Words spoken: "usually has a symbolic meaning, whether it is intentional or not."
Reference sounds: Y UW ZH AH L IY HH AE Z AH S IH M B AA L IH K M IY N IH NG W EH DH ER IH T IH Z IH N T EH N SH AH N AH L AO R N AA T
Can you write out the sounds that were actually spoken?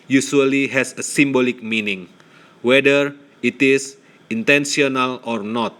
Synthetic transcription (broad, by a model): Y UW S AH L IY HH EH S AH S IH M B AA L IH K M IY N IH NG W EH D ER IH T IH S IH N T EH N S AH N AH L AO R N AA T